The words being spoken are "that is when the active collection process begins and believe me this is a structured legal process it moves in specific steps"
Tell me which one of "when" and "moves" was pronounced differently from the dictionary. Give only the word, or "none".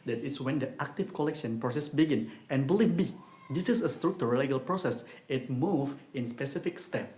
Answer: moves